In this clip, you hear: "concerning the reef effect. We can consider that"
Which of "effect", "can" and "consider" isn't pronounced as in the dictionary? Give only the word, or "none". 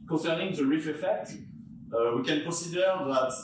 consider